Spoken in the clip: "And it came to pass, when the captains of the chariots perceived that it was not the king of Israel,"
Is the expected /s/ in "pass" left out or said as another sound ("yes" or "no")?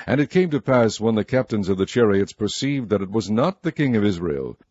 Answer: no